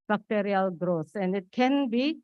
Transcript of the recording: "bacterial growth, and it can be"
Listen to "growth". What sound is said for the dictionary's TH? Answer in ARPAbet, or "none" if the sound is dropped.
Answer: S